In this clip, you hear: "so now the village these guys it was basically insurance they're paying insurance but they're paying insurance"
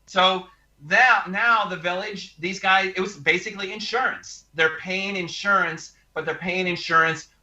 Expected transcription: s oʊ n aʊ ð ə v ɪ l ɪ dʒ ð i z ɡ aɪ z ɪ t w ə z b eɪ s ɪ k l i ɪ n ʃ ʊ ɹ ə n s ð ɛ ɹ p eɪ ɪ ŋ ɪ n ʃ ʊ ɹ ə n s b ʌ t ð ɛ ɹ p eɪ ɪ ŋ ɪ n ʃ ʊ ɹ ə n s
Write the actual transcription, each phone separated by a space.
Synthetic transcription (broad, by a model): s oʊ n aʊ ð ə v ɪ l ɪ dʒ ð i z ɡ aɪ z ɪ t w ə z b eɪ s ɪ k l i ɪ n ʃ ʊ ɹ ə n s ð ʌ ɹ p eɪ ɪ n ɪ n ʃ ʊ ɹ ə n s b ʌ t ð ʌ ɹ p eɪ ɪ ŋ ɪ n ʃ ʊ ɹ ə n s